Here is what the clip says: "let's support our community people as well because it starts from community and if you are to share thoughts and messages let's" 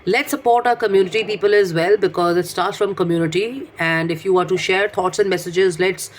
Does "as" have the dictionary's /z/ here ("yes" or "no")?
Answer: yes